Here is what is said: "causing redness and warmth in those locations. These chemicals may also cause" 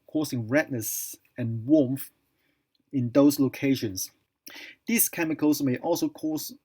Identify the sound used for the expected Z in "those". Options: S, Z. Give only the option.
S